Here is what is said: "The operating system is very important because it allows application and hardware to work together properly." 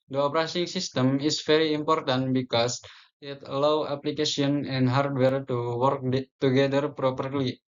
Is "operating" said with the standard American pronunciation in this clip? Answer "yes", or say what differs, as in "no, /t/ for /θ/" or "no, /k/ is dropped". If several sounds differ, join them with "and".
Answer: no, /s/ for /t/